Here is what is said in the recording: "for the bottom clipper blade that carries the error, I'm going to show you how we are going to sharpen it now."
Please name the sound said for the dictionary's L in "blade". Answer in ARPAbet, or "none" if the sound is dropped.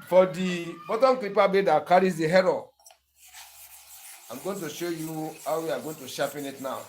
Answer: none